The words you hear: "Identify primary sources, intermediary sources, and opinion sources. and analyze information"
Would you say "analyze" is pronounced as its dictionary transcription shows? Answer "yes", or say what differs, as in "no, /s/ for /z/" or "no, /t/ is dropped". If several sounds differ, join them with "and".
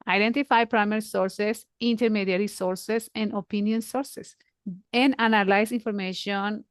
no, /s/ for /z/